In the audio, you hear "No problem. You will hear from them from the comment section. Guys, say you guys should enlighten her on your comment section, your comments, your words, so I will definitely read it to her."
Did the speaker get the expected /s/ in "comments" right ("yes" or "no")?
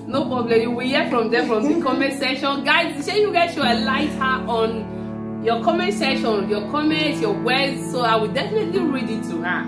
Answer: no